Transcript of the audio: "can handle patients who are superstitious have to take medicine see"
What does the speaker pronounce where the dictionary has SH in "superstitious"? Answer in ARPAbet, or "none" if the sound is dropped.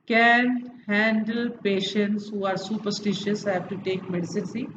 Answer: SH